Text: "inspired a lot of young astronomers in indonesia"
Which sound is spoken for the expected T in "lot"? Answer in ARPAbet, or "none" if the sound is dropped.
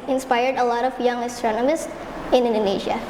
T